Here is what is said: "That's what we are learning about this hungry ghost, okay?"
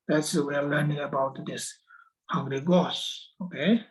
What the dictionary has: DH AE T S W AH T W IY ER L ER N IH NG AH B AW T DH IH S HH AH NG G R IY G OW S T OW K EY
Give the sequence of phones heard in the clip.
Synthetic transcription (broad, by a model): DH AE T S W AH W IY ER L ER N IH NG AH B AW T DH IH S HH AH NG G R IY G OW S OW K EY